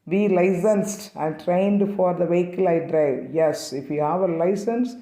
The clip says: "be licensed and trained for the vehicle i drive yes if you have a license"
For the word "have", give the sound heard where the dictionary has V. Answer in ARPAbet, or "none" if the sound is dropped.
V